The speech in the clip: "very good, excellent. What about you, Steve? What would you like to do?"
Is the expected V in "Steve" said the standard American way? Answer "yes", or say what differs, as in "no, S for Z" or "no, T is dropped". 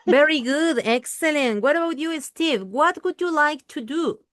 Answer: yes